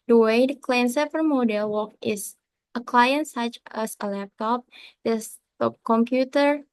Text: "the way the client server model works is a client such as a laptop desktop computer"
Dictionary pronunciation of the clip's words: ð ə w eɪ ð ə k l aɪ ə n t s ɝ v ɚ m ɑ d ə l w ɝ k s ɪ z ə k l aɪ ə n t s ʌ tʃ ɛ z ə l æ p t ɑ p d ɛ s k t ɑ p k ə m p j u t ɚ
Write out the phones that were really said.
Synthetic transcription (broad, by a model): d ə w eɪ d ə k l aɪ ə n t s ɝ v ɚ m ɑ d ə l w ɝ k ɪ s ə k l aɪ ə n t s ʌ tʃ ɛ s ə l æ p t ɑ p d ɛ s t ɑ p k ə m p j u t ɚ